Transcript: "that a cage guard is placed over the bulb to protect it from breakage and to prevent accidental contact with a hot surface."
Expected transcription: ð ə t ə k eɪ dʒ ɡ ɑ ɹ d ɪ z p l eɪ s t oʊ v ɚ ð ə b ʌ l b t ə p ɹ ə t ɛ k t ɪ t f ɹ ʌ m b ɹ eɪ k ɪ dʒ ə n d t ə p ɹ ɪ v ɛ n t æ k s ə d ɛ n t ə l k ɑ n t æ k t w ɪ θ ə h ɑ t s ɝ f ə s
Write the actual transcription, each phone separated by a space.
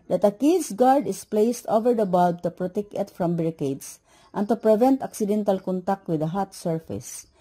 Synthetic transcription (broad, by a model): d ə t ə k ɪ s ɡ ɑ ɹ d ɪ s p l eɪ s t oʊ v ɚ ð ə b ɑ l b t ə p ɹ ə t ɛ k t ɪ t f ɹ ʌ m b ɹ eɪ k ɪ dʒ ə n t ə p ɹ ɪ v ɛ n t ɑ k s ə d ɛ n t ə l k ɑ n t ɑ k t w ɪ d ə h ɑ t s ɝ f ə s